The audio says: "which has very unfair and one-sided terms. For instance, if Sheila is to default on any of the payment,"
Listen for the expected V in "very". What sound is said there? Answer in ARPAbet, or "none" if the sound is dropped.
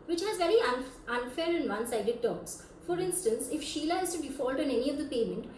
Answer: V